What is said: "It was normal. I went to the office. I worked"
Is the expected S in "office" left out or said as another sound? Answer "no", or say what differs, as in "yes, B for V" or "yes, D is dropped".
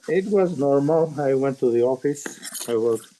no